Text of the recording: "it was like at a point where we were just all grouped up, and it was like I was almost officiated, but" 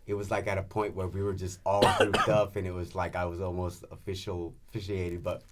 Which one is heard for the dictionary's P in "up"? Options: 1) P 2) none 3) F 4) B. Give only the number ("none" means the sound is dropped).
3